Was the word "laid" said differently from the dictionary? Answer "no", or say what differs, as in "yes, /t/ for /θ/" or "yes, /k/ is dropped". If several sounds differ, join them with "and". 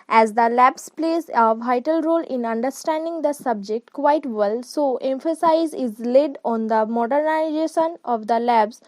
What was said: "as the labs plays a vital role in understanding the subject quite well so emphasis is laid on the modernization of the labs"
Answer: no